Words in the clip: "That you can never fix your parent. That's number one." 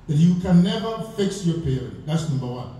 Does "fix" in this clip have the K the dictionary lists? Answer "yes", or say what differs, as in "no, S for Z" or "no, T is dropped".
yes